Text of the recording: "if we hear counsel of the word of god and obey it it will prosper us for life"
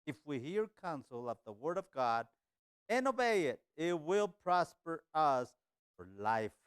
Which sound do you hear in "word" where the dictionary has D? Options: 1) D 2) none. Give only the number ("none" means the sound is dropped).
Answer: 1